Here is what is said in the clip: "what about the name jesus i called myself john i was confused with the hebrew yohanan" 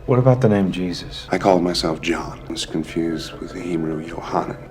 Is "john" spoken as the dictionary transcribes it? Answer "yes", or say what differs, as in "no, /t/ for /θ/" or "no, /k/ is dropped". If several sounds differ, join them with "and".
yes